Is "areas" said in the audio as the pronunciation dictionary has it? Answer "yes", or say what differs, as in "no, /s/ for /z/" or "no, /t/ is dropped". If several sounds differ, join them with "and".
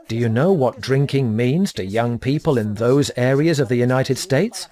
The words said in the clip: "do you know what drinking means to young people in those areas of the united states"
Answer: yes